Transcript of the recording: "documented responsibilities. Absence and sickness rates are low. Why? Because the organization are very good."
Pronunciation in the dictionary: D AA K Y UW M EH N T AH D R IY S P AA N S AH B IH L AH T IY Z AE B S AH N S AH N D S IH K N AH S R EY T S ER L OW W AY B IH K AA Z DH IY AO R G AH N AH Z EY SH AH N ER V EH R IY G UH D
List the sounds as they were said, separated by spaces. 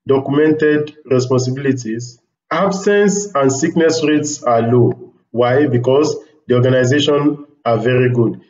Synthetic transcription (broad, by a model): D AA K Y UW M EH N T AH D R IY S P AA N S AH B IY L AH T IY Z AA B S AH N S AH N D S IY K N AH S R EY T S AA L OW W AY B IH K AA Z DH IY AO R G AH N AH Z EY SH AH N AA V EH R IY G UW D